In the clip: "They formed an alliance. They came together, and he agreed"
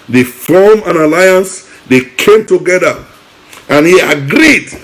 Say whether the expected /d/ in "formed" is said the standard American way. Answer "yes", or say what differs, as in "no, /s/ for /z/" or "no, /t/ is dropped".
no, /d/ is dropped